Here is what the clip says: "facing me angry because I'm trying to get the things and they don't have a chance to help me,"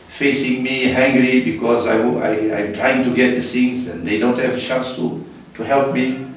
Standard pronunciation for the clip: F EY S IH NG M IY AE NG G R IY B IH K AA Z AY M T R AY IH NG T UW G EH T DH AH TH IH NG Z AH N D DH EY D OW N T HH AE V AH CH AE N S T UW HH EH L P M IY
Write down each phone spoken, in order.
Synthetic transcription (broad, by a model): F EY S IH NG M IY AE NG G R IY B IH K AA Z AY M T R AY IH NG T UW G EH T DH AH S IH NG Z AH N D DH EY D OW N T HH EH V AH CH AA N S T UW HH EH L P M IY